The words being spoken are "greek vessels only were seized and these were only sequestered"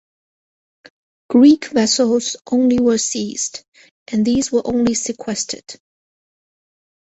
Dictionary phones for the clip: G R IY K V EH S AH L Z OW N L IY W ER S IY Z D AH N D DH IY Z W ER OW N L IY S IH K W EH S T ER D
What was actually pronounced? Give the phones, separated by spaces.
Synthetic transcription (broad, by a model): G R IY K V EH S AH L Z OW N L IY W ER S IY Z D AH N DH IY Z W ER OW N L IY S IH K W EH S T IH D